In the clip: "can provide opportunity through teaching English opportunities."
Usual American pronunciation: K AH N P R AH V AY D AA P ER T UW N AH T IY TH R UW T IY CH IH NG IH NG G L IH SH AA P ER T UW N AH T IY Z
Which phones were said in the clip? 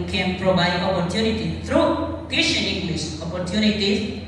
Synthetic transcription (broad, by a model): K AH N P R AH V AY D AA P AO T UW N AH T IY T R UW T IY SH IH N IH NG G L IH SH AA P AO T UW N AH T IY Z